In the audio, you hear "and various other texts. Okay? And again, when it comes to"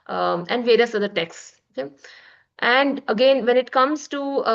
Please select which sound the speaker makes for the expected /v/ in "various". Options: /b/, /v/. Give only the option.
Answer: /v/